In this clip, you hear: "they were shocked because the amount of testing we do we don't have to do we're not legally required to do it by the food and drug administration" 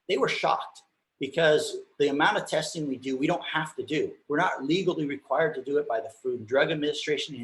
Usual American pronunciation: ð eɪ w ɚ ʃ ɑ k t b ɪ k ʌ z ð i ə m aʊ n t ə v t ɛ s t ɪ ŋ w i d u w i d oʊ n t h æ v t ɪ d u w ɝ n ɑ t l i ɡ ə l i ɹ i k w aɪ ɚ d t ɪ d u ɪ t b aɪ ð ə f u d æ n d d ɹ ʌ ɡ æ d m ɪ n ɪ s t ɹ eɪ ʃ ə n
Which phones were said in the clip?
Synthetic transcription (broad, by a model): ð eɪ w ɚ ʃ ɑ k t b ɪ k ʌ z ð i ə m aʊ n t ə v t ɛ s t ɪ ŋ w i d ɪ w i d oʊ n t h æ f t ɪ d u w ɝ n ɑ t l i ɡ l i ɹ i k w aɪ ɚ d t ɪ d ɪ ɪ t b aɪ ð ə f u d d d ɹ ʌ ɡ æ d m ɪ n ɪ s t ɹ eɪ ʃ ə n